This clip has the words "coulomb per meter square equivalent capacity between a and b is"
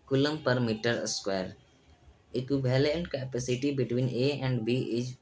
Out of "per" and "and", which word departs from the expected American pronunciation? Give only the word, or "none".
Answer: none